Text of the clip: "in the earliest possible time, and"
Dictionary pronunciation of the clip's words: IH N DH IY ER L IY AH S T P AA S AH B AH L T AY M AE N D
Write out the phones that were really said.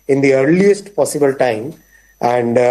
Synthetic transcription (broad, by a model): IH N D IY ER L IY AH S T P AA S AH B AH L T AY M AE N D